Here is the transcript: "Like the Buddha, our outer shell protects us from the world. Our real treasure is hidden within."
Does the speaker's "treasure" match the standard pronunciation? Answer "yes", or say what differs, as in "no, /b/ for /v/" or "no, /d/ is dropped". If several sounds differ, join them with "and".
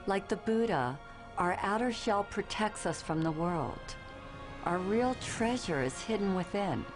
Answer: yes